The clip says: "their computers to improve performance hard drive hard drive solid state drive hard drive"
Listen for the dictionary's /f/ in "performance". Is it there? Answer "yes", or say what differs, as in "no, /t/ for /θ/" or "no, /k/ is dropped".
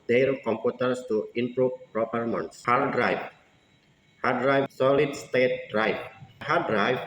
no, /p/ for /f/